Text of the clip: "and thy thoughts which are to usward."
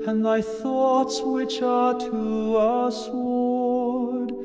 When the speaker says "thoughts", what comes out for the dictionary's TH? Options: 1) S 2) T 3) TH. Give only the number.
3